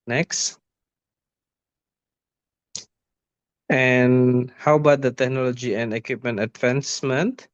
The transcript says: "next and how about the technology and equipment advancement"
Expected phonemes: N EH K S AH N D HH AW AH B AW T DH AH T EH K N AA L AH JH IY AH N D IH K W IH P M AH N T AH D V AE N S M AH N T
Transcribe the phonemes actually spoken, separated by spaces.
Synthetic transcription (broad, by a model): N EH K S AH N HH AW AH B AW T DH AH T EH K N AA L AH JH IY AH N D IH K W IH P M AH N T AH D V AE N S M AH N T